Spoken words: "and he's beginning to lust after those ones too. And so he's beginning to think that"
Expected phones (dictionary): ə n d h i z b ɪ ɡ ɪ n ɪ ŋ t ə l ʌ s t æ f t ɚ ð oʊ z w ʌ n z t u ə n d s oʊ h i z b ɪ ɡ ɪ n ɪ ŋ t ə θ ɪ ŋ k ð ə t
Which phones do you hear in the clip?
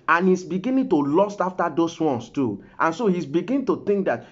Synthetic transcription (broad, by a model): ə n h i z b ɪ ɡ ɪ n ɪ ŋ t ə l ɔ s t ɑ f t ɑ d oʊ s w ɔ n s t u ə n s oʊ h i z b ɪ ɡ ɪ n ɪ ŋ t ə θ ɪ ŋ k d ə t